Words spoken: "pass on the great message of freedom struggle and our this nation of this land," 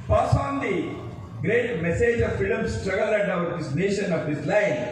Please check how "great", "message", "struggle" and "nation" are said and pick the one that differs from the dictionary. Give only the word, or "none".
none